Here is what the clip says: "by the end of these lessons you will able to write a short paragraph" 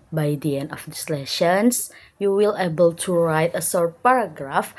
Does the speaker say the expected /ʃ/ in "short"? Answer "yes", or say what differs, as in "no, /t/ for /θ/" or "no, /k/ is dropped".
no, /s/ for /ʃ/